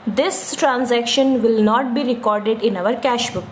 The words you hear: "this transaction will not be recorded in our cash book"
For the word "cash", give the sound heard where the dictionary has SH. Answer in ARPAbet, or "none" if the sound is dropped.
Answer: SH